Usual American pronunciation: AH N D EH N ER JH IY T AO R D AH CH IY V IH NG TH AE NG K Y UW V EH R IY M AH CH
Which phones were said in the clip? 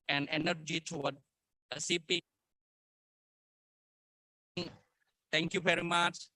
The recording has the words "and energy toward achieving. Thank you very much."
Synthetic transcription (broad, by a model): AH N D EH N ER JH IY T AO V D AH S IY P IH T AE NG K Y UW V EH R IY M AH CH